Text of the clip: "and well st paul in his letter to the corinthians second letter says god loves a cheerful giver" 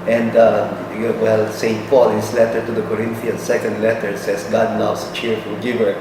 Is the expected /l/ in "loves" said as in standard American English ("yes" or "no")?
no